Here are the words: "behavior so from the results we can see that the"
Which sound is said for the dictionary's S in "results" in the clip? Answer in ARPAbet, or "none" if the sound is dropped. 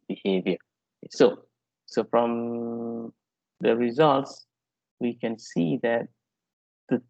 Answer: S